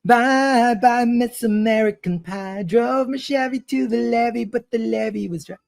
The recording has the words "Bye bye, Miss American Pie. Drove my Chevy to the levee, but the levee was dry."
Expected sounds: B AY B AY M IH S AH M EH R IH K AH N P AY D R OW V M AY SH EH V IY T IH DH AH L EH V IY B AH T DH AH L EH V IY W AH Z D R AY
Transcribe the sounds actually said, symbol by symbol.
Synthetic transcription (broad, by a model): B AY B AY M IH S AH M EH R IH K AH N P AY D R OW V M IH SH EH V IY T IH DH AH L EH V IY B AH T DH AH L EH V IY W AH Z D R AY